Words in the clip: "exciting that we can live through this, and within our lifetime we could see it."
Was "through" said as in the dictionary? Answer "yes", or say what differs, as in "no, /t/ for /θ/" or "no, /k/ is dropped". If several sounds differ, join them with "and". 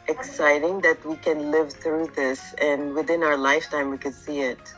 yes